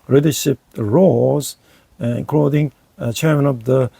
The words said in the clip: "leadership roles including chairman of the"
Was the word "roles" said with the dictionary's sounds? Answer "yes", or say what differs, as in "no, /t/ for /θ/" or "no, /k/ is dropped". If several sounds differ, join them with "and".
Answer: no, /l/ is dropped